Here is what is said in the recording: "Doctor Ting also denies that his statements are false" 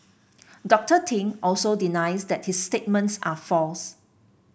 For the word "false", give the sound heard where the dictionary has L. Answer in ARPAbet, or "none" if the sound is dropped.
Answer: L